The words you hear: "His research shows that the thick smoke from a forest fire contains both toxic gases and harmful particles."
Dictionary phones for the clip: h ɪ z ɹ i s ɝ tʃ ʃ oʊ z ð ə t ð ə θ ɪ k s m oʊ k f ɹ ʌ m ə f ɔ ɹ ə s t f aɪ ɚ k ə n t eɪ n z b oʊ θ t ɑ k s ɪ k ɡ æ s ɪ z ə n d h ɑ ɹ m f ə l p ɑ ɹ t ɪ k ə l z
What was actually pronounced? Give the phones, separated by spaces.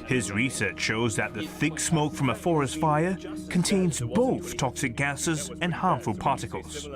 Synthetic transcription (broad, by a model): h ɪ z ɹ i s ɝ tʃ ʃ oʊ z ð ə t ð ə θ ɪ k s m oʊ k f ɹ ʌ m ə f ɔ ɹ ə s t f aɪ ɚ k ə n t eɪ n z b oʊ θ t ɑ k s ɪ k ɡ æ s ɪ z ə n h ɑ ɹ m f ə l p ɑ ɹ t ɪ k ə l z